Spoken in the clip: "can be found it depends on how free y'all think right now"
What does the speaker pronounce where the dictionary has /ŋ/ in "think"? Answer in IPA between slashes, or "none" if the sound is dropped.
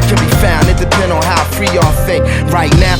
none